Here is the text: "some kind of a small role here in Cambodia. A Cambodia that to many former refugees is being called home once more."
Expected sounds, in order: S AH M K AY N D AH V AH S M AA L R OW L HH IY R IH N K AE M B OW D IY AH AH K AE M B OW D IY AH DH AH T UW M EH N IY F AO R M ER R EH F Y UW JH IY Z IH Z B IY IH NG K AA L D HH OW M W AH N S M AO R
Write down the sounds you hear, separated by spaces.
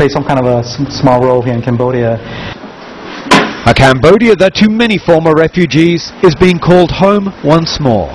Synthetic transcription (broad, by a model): S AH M K AY N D AH V AH S M AA L R OW L HH IY R IH N K AE M B OW D IY AH AH K AE M B OW D IY AH DH AH T UW M EH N IY F AO R M ER R EH F Y UW JH IY Z IH Z B IY IH NG K AA L D HH OW M W AH N S M AO R